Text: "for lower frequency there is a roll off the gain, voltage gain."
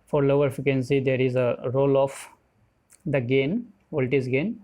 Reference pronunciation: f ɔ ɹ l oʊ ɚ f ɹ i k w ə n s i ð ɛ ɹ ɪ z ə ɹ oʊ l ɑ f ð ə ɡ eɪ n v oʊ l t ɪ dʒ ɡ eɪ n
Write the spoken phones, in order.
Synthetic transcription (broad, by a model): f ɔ ɹ l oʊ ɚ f i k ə n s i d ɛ ɹ ɪ z ə ɹ oʊ l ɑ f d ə ɡ eɪ n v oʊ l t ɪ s ɡ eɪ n